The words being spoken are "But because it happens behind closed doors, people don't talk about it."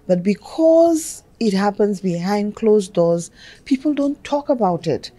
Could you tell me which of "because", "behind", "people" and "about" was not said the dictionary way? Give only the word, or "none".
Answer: none